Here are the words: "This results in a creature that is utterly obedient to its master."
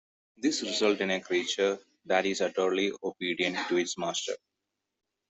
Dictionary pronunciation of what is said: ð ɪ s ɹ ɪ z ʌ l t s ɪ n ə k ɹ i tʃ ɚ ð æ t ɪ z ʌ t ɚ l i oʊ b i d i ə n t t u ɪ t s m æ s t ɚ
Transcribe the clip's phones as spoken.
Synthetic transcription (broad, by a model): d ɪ s ɹ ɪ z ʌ l t ɪ n ə k ɹ i tʃ ɚ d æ t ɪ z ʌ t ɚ l i oʊ b i d i ə n t t u ɪ t s m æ s t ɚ